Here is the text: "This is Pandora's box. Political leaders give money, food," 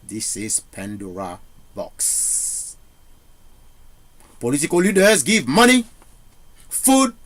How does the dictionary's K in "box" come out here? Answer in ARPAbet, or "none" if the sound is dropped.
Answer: K